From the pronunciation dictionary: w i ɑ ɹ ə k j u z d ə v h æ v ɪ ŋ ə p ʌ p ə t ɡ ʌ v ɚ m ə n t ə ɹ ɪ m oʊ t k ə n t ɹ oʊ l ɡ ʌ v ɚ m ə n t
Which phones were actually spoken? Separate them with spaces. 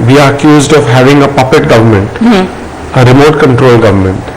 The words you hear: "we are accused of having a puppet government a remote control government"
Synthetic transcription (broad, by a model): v i ɑ ɹ ə k j u z d ə v h æ v ɪ ŋ ə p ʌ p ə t ɡ ʌ v ɚ m ə n t ə ɹ ɪ m oʊ t k ə n t ɹ oʊ l ɡ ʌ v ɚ m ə n t